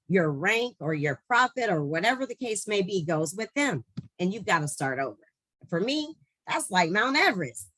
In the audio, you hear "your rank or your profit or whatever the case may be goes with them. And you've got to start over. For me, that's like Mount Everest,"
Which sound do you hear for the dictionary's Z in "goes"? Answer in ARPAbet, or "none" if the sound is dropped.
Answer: Z